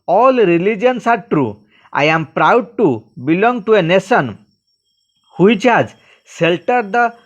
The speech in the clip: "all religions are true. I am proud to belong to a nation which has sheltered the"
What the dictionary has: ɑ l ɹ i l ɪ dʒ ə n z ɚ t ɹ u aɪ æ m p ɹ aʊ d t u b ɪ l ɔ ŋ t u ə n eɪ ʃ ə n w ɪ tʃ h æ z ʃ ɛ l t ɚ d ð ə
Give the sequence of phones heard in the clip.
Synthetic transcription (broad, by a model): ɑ l ɹ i l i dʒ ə n s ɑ t ɹ u aɪ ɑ m p ɹ aʊ d t u b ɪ l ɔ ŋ t u ə n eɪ s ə n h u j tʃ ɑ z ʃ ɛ l t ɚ d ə